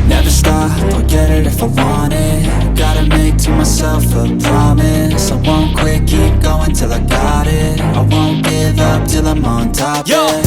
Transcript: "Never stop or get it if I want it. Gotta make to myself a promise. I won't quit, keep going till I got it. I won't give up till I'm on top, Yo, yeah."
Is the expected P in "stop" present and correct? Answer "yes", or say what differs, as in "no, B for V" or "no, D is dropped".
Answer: no, F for P